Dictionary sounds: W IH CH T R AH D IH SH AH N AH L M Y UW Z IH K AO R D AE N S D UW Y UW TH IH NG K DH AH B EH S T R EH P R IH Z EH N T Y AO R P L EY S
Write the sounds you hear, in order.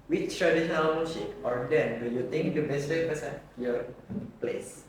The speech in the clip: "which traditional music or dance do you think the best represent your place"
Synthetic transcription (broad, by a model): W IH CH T R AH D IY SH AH N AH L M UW S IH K AO R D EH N D UW Y UW T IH NG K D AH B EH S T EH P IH S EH Y AO R P L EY S